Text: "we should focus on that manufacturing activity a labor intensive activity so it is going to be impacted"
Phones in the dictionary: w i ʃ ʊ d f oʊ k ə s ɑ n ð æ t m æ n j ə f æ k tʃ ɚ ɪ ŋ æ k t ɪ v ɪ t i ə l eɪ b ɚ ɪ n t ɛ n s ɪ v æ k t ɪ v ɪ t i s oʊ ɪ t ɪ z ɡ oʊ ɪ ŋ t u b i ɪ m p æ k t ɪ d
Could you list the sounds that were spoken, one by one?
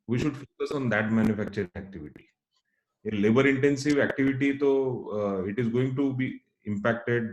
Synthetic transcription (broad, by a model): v i ʃ ʊ d f oʊ k ə s ɑ n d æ t m æ n j ə f æ k tʃ ɚ ɪ ŋ æ k t ɪ v ɪ t i ə l eɪ b ɚ ɪ n t ɛ n s ɪ v æ k t ɪ v ɪ t i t oʊ ɪ t ɪ z ɡ oʊ ɪ ŋ t u b i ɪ m p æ k t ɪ d